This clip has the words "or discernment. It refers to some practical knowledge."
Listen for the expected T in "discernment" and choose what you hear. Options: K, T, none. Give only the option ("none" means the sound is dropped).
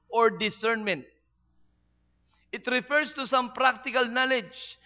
T